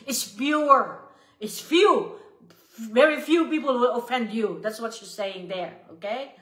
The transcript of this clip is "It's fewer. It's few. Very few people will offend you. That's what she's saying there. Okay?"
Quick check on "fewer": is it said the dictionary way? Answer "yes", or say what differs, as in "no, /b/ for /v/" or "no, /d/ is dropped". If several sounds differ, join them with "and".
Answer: no, /p/ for /f/